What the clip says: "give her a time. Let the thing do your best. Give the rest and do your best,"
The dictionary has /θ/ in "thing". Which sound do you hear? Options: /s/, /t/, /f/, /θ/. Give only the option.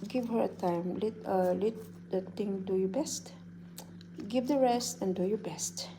/t/